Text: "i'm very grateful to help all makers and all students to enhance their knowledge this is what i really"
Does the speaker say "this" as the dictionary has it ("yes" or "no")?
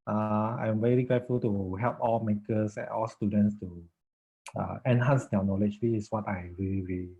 no